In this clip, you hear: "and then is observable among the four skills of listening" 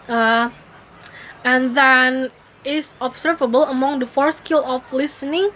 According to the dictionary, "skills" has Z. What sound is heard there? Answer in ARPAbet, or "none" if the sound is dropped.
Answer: none